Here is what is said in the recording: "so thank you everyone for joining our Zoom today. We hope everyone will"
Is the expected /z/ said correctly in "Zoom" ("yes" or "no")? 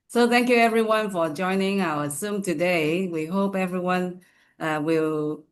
no